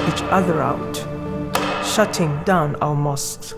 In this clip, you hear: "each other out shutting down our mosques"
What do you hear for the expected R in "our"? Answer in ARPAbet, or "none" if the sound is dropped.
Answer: L